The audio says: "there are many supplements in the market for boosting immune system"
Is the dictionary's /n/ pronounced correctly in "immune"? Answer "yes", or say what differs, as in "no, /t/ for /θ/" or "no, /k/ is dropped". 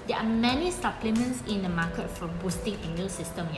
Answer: no, /l/ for /n/